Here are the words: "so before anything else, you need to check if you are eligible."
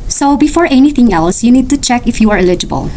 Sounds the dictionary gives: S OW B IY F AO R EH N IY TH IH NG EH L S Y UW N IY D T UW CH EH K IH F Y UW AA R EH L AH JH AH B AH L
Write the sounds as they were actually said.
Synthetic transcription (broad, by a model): S OW B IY F AO R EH N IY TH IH NG EH L S Y UW N IY D T UW CH EH K IH F Y UW AA R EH L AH JH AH B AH L